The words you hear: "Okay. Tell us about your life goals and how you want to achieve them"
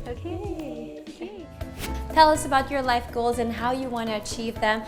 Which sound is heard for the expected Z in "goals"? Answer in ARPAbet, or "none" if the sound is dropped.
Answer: Z